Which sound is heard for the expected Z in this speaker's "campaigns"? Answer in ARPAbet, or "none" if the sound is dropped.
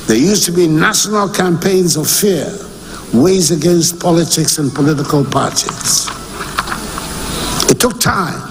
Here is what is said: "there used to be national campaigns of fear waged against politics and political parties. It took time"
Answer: Z